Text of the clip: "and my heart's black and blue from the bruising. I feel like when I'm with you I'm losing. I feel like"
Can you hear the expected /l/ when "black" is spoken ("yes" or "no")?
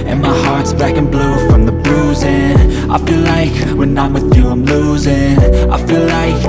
no